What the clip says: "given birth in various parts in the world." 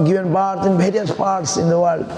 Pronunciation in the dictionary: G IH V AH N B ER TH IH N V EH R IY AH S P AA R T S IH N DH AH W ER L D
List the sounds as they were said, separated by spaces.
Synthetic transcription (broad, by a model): G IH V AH N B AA T IH N V EH R IY AH S P AA R T S IH N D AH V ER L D